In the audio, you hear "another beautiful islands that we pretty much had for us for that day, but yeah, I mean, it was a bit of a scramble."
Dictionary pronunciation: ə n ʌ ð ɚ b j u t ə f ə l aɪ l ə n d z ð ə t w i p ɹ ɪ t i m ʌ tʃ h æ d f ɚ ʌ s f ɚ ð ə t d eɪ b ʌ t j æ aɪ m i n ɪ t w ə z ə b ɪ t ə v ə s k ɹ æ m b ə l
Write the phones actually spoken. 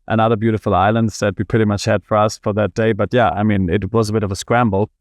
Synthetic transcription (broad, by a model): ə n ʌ ð ɚ b j u t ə f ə l aɪ l ə n d z ð ə t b i p ɹ ɪ t i m ʌ tʃ h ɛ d f ɚ ʌ s f ɚ ð ə t d eɪ b ʌ t j æ aɪ m i n ɪ t w ə z ə b ɪ t ə v ə s k ɹ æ m b l